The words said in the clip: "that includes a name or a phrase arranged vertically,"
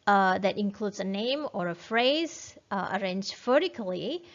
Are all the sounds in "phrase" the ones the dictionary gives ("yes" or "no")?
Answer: yes